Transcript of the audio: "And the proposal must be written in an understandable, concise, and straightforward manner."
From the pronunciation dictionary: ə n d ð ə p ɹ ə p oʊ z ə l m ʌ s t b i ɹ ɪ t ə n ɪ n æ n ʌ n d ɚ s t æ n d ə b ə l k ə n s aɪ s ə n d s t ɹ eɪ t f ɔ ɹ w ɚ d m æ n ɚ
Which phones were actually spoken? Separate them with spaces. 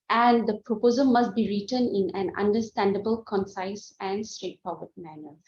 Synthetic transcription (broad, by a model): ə n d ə p ɹ ə p oʊ z ə l m ʌ s t b i ɹ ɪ t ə n ɪ n æ n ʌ n d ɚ s t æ n d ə b ə l k ə n s aɪ s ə n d s t ɹ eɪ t p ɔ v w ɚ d m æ n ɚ